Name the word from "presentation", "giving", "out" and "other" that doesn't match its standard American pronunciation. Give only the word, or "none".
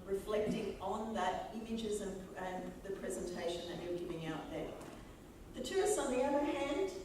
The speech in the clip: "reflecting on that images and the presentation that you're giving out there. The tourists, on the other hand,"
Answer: none